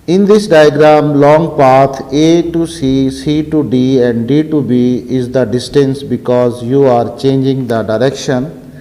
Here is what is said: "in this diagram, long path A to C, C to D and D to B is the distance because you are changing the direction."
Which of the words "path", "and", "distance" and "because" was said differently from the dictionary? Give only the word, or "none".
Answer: path